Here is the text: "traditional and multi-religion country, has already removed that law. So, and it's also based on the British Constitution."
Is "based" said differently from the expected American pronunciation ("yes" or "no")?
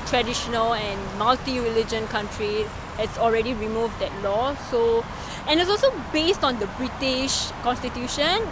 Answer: no